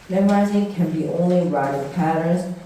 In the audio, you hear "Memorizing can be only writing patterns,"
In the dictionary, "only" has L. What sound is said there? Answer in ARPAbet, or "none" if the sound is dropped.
L